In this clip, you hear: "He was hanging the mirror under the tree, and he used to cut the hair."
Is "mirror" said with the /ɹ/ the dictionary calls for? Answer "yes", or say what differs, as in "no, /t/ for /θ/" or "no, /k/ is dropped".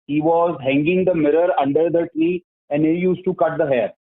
yes